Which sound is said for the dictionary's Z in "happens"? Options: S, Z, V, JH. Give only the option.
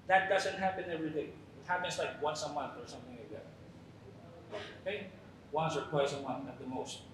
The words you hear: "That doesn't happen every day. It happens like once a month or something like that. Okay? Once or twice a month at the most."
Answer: S